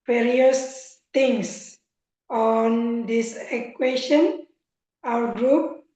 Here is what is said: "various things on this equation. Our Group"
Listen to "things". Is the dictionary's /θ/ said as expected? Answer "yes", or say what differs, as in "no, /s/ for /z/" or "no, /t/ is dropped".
no, /t/ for /θ/